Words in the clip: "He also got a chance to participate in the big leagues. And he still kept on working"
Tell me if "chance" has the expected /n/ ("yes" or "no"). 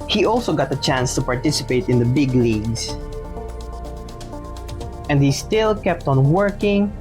yes